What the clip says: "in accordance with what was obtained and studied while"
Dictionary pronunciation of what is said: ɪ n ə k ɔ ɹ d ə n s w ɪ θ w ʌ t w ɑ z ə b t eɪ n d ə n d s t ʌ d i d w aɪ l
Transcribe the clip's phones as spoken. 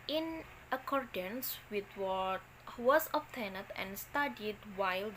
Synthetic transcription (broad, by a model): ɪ n ə k ɔ ɹ d ə n s w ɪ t w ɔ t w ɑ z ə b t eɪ n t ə n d s t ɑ d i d w aɪ l